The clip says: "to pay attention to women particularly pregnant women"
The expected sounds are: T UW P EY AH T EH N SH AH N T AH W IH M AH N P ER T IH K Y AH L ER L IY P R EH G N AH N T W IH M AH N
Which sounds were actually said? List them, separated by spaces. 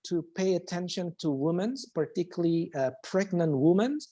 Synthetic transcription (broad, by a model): T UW P EY AH T EH N SH AH N T AH W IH M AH N P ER T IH K Y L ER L IY P R EH G N AH N T W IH M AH N